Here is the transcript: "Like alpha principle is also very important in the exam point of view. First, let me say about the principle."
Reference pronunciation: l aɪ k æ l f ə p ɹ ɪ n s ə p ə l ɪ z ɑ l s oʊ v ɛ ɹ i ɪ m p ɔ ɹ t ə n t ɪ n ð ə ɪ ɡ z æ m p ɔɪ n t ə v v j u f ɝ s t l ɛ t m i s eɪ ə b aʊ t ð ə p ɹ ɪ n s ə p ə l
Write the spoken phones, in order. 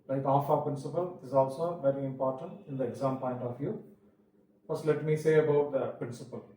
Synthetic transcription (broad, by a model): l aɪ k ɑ f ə p ɹ ɪ n s ə p ə l ɪ z ɑ l s oʊ v ɛ ɹ i ɪ m p ɔ ɹ t ə n t ɪ n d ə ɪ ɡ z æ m p ɔɪ n t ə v v j u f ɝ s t l ɛ t m i s eɪ ə b aʊ t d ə p ɹ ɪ n s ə p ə l